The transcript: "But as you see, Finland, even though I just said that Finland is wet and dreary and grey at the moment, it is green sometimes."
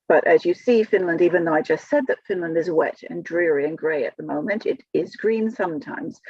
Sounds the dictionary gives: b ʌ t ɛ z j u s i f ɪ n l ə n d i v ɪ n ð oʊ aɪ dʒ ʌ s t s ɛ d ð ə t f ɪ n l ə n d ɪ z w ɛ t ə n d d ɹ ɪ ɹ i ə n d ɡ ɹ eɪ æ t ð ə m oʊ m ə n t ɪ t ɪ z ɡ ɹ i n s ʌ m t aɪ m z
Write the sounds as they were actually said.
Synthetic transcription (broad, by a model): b ʌ t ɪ z j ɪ s i f ɪ n l ə n d i v ɪ n ð oʊ aɪ dʒ ʌ s t s ɛ d ð ə t f ɪ n l ə n d ɪ z w ɛ t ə n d d ɹ ɪ ɹ i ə n ɡ ɹ eɪ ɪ t ð ə m oʊ m ə n t ɪ t ɪ z ɡ ɹ i n s ʌ m t aɪ m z